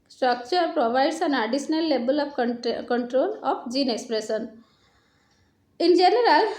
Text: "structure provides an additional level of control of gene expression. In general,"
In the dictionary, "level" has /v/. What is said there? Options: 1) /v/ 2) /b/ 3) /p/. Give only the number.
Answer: 2